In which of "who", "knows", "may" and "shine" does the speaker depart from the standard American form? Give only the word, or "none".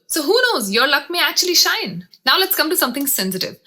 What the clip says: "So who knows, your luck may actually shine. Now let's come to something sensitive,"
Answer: none